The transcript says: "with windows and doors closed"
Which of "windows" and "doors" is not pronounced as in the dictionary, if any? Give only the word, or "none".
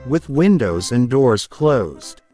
none